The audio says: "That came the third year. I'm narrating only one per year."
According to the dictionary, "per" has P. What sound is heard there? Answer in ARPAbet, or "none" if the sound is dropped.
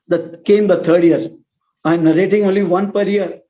P